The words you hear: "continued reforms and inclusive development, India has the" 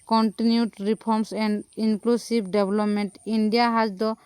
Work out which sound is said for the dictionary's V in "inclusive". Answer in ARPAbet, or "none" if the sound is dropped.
B